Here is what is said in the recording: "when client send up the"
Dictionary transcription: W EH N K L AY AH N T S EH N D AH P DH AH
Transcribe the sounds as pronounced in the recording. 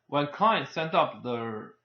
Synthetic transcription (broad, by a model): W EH N K AY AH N S EH N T AH P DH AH